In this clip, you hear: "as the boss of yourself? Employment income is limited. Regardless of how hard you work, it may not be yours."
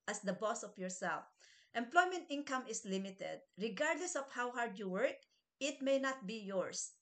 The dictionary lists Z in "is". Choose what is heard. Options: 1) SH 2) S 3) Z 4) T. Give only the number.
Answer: 2